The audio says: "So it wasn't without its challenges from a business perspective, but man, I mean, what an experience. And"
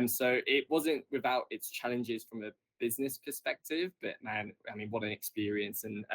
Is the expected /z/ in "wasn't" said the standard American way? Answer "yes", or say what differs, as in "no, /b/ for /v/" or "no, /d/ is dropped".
yes